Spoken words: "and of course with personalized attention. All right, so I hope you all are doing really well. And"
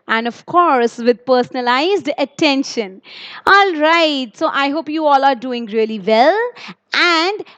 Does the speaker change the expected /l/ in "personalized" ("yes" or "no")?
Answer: no